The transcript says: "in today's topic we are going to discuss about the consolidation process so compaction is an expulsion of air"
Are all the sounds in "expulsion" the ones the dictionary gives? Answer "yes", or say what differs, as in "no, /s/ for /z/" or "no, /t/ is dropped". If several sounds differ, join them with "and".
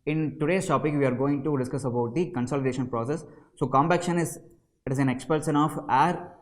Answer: no, /s/ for /ʃ/